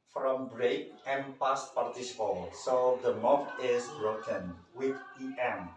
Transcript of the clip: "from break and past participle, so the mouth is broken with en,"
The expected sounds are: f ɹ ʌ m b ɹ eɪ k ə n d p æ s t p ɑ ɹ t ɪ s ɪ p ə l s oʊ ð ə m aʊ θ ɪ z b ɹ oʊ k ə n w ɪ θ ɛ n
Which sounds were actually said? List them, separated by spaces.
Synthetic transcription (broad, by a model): f ɹ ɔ m b ɹ eɪ k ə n p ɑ s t p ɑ ɹ t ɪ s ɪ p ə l s oʊ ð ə m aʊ f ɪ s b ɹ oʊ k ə n w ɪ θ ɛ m